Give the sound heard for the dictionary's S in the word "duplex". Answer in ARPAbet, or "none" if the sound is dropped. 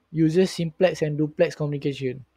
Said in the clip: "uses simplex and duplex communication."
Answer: S